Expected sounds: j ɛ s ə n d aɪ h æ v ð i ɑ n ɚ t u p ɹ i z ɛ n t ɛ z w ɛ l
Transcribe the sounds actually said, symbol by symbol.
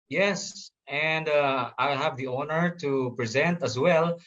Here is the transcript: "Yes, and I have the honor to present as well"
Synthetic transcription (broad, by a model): j ɛ s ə n d aɪ h æ v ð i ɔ n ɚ t u p ɹ i z ɛ n t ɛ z w ɛ l